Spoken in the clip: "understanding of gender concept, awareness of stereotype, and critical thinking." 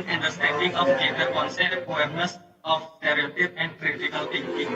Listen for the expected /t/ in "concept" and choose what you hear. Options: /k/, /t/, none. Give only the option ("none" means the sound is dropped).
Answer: none